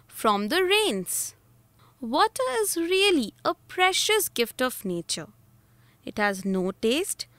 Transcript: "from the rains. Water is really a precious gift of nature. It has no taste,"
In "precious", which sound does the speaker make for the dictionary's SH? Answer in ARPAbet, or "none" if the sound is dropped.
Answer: SH